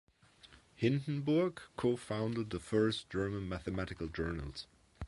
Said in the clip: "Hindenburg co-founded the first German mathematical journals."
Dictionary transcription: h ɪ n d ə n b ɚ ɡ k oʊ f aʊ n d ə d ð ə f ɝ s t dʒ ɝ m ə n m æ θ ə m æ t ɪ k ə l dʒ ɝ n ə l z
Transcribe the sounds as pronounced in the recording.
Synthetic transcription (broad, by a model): h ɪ n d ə n b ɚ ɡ k oʊ f aʊ n d ə d ð ə f ɝ s dʒ ɝ m ə n m æ θ ə m æ t ɪ k ə l dʒ ɝ n ə l z